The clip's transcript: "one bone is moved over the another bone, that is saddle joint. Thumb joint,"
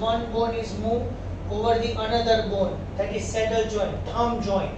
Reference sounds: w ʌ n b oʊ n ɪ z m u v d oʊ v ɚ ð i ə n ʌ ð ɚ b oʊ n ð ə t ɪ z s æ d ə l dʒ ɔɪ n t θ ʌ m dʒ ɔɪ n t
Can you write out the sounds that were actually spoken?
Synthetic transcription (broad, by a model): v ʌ n b oʊ n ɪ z m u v oʊ v ɚ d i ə n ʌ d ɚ b oʊ n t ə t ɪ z s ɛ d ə l dʒ ɔɪ n t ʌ m dʒ ɔɪ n